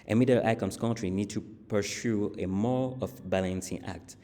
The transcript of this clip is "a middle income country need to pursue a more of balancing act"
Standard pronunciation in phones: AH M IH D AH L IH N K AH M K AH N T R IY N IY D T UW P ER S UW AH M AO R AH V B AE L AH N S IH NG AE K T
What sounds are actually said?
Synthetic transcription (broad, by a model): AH M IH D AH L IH K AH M K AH N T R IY N IY D T UW P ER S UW AH M AO R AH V B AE L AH N S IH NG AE K T